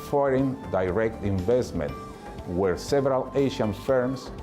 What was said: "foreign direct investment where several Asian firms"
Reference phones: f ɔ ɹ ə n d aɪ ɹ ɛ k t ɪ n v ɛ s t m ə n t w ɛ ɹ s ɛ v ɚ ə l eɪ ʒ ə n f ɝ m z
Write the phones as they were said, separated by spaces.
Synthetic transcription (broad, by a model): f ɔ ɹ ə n d aɪ ɹ ɛ k t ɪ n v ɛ s t m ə n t w ɛ ɹ s ɛ v ɚ ə l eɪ ʃ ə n f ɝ m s